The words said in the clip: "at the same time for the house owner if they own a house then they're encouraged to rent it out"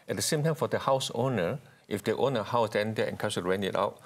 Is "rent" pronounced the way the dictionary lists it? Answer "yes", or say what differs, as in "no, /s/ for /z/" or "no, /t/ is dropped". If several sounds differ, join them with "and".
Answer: no, /t/ is dropped